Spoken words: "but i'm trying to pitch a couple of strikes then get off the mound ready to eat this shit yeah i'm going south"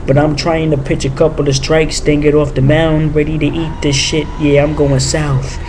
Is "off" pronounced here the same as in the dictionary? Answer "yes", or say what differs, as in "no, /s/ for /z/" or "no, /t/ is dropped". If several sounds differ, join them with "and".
yes